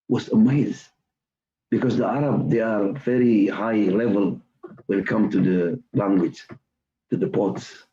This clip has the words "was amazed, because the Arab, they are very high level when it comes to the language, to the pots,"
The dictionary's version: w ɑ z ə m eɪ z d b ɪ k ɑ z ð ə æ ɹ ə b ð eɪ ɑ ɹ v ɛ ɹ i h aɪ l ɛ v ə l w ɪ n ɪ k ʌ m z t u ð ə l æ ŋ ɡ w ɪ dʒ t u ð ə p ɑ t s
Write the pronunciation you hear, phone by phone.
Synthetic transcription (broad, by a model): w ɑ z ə m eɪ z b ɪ k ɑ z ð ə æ ɹ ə b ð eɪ ɑ ɹ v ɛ ɹ i h aɪ l ɛ v ə l w ɪ n k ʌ m t u ð ə l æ ŋ ɡ w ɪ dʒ t u ð ə p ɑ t s